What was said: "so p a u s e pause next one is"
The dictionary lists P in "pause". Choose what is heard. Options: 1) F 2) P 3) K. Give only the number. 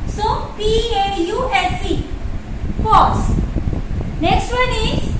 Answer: 1